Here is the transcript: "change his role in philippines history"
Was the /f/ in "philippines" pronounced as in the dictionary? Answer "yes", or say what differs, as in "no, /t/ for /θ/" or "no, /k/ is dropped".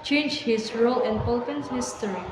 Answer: no, /p/ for /f/